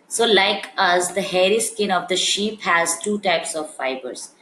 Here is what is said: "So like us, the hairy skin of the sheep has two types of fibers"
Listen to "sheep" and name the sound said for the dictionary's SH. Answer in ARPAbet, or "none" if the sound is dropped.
SH